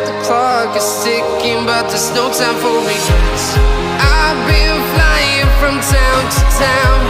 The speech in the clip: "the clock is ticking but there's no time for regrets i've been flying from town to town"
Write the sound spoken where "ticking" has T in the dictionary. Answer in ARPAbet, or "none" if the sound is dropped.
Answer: S